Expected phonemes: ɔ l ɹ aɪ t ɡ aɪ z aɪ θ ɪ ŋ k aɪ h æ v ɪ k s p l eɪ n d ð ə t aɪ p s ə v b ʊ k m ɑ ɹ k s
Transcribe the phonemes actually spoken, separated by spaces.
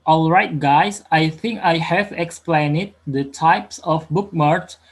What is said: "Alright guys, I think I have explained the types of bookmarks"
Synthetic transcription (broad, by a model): ɔ l ɹ aɪ t ɡ aɪ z aɪ θ ɪ ŋ k aɪ h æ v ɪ k s p l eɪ n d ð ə t aɪ p s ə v b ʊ k m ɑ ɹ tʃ